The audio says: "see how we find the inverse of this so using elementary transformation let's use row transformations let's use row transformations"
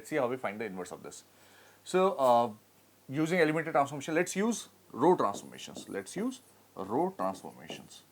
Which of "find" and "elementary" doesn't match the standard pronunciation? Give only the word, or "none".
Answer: elementary